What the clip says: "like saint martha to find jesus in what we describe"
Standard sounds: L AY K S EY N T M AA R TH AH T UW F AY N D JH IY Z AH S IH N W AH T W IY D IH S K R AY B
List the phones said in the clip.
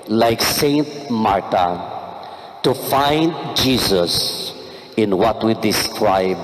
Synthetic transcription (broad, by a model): L AY K S EY N T M AA R T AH T UW F AY N D JH IY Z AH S IH N W AH T W IY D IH S K R AY B